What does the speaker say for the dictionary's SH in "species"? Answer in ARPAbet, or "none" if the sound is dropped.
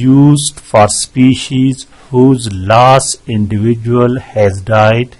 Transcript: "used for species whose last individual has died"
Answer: SH